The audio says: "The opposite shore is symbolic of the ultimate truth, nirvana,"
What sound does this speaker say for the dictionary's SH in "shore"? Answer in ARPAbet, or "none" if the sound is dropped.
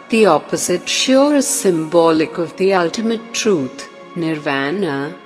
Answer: SH